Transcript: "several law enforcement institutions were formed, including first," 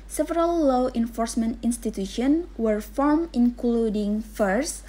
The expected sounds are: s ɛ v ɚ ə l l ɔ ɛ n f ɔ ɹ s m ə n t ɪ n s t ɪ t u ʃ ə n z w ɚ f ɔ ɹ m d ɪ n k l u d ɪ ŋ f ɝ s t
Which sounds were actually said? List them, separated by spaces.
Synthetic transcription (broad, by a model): s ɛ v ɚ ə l l ɔ ɛ n f ɔ ɹ s m ə n t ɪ n s t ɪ t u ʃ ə n w ɚ f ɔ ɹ m ɪ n k l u d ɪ ŋ f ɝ s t